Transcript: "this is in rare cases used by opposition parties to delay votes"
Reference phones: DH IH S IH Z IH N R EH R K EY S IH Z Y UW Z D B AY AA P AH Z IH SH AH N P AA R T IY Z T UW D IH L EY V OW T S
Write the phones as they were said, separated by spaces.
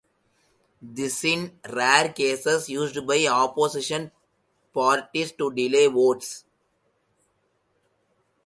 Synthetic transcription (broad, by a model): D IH S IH IH N R EH R K EY S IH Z Y UW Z D B AY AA P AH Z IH SH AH N P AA R T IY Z T UW D IH L EY V OW T S